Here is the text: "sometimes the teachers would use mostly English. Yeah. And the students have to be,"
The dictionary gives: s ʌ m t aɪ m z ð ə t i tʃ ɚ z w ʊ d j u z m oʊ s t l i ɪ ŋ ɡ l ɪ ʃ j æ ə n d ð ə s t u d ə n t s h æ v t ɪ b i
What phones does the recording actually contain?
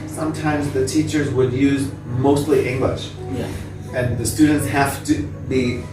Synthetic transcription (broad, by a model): s ʌ m t aɪ m z ð ə t i tʃ ɚ z w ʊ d j u z m oʊ s t l i ɪ ŋ ɡ l ɪ ʃ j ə n ð ə s t u d n t s h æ f t ɪ b i